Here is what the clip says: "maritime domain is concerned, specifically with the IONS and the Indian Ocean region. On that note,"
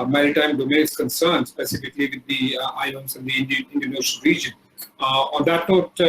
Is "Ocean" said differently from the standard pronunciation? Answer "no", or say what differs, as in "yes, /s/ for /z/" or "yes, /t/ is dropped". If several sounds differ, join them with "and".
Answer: yes, /l/ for /n/